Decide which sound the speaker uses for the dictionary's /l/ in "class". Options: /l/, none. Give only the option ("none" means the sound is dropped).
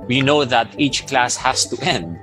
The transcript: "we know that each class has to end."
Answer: /l/